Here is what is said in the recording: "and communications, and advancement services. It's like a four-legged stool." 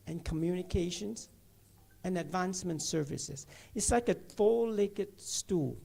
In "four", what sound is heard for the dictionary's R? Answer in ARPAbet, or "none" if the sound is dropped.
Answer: L